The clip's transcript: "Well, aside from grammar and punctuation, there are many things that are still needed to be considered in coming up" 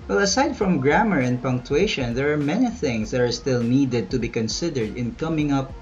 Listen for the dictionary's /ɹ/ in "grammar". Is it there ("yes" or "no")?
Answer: yes